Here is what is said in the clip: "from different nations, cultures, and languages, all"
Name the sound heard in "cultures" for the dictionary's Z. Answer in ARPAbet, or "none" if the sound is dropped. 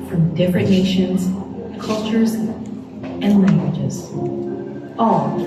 Z